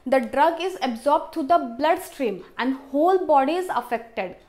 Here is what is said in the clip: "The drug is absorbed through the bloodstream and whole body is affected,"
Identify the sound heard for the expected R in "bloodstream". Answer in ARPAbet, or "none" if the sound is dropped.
R